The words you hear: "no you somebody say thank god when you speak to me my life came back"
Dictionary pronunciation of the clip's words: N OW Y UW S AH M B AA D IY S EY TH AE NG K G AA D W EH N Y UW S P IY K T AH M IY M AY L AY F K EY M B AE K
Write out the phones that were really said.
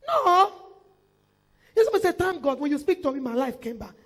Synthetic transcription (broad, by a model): N OW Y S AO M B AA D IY S EY T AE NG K G AA D W EH N Y UW S P IY K T AH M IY M AY L AY F K EY M B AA K